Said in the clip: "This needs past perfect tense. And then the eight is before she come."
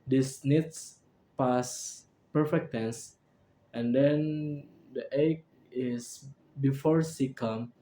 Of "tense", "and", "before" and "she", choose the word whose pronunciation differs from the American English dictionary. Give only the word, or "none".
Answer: she